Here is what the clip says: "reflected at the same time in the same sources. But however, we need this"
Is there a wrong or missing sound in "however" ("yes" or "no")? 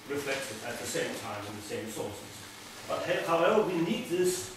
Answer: yes